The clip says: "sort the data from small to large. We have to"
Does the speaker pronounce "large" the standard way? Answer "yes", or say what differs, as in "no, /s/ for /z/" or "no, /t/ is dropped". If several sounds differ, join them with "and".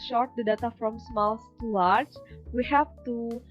no, /tʃ/ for /dʒ/